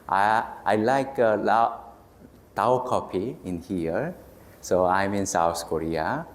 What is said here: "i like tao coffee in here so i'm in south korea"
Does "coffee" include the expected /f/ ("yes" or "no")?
no